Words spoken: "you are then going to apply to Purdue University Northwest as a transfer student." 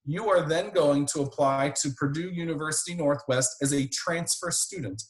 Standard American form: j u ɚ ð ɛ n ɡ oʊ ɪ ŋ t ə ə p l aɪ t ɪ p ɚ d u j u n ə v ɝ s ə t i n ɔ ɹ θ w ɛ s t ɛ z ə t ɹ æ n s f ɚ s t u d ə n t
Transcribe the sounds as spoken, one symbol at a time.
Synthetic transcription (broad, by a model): j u ɚ ð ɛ n ɡ oʊ ɪ ŋ t ə ə p l aɪ t ɪ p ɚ d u j u n ə v ɝ s ə t i n ɔ ɹ θ w ɛ s t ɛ z ə t ɹ æ n s f ɚ s t u d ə n t